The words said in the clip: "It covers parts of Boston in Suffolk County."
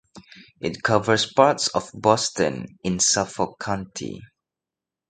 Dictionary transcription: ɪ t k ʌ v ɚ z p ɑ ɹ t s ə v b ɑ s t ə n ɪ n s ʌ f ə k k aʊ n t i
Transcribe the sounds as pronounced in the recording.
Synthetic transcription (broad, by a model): ɪ t k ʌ v ɚ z p ɑ ɹ t s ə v b ɑ s t ə n ɪ n s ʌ f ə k k aʊ n t i